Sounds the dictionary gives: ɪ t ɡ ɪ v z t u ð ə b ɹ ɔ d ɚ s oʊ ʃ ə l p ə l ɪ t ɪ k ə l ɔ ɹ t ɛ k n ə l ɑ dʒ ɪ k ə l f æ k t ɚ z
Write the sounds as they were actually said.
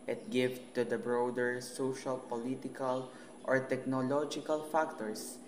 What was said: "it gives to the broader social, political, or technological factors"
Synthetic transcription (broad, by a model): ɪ t ɡ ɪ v t u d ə b ɹ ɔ d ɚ s oʊ ʃ ə l p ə l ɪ t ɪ k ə l ɔ ɹ t ɛ k n ə l ɑ dʒ ɪ k ə l f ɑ k t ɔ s